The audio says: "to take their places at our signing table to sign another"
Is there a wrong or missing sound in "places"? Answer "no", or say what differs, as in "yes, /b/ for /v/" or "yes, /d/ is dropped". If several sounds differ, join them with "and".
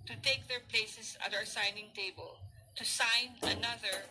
yes, /s/ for /z/